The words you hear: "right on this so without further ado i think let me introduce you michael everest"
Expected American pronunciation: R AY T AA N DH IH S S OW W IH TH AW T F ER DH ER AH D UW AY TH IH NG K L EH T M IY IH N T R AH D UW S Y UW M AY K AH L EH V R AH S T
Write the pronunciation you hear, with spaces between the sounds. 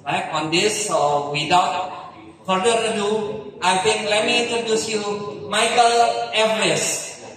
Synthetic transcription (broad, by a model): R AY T AA N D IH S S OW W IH T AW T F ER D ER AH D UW AY T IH NG K L EH T M IY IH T AH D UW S Y UW M AY K AH L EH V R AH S